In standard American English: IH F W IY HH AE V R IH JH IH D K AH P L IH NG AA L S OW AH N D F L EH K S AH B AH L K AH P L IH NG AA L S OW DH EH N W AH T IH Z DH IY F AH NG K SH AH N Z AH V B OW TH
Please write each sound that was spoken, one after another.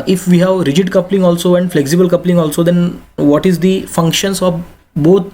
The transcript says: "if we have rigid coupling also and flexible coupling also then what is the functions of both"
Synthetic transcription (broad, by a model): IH F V IY HH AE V R IH JH IH D K AH P L IH NG AA L S OW AH N D F L EH K S AH B AH L K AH P L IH NG AA L S OW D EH N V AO T IH Z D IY F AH NG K SH AH N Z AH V B OW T